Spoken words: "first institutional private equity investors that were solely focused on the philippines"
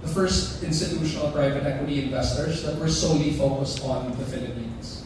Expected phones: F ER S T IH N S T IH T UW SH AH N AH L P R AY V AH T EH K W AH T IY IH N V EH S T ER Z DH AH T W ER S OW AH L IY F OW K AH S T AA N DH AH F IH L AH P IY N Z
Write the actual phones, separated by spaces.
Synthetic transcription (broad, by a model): F ER S T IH N S T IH T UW SH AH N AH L P R AY V AH T EH K W AH T IY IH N V EH S T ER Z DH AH T W ER S OW AH L IY F OW K AH S T AA N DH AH F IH L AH P IY N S